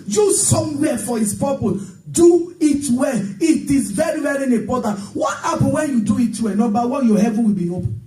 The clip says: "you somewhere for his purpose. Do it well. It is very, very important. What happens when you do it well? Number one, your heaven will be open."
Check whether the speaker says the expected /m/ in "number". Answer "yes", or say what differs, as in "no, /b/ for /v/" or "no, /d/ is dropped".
no, /m/ is dropped